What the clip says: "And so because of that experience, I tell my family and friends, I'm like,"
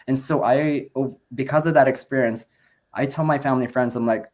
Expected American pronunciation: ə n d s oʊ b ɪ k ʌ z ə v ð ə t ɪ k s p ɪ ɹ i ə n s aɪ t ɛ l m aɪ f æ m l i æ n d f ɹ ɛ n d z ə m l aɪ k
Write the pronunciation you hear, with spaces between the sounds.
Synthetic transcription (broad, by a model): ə n s oʊ b ɪ k ʌ z ə v ð ə t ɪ k s p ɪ ɹ i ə n s aɪ t ɛ l m aɪ f æ m l i f ɹ ɛ n d z ə m l aɪ k